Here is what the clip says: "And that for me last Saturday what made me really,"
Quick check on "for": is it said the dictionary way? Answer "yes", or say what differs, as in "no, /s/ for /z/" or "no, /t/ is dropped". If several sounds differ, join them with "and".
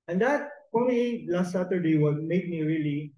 no, /p/ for /f/